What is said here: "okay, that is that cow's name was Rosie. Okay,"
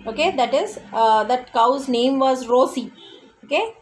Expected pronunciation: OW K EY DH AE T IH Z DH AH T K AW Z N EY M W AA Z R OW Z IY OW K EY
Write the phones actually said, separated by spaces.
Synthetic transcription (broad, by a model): OW K EY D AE T IH Z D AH T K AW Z N EY M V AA Z R OW S IY OW K EY